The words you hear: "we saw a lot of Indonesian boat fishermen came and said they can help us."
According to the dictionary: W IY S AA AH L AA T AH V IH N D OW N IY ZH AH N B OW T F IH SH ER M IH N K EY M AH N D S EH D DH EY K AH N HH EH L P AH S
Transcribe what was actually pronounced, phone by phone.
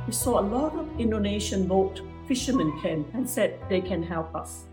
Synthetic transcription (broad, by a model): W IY S AA AH L AA T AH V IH N D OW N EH SH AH N B OW T F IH SH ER M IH N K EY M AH N S EH D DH EY K AH N HH EH L P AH S